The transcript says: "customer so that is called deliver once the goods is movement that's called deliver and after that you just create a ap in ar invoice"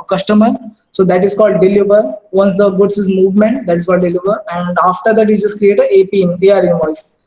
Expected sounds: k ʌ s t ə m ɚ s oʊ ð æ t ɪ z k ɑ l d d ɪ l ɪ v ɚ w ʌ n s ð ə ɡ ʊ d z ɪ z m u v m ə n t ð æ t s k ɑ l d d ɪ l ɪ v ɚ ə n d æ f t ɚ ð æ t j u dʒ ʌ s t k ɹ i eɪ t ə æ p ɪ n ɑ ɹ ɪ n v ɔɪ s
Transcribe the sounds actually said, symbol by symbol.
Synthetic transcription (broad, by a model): k ʌ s t ə m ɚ s oʊ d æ t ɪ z k ɑ l d d ɪ l ɪ v ɚ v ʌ n s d ə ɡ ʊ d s ɪ z m u v m ə n t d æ t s k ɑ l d d ɪ l ɪ v ɚ ə n d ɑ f t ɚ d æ t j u dʒ ʌ s t k ɹ i eɪ t ə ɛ p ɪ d ɑ ɹ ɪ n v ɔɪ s